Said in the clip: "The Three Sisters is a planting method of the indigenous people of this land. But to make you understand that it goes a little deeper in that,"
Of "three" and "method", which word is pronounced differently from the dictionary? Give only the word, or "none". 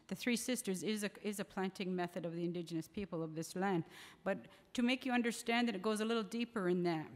none